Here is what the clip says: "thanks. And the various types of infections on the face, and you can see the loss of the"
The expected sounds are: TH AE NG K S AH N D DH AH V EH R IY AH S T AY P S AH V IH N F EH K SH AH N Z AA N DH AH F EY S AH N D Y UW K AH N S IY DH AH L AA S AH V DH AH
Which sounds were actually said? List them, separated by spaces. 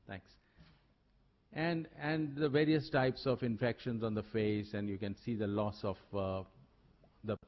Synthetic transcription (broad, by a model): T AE NG K S AH N D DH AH V EH R IY AH S T AY P S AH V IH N F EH K SH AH N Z AA N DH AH F EY S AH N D Y UW K AH N S IY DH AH L AA S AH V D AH